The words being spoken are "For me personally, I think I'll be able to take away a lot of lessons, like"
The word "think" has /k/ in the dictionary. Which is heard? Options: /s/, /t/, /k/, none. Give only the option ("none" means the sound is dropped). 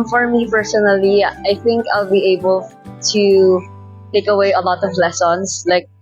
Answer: /k/